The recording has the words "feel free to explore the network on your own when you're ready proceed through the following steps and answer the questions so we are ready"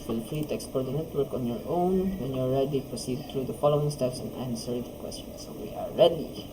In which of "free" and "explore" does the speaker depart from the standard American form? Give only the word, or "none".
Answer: explore